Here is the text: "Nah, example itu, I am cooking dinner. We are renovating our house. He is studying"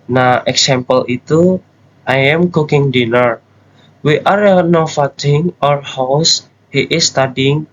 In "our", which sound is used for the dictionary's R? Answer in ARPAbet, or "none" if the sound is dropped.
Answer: R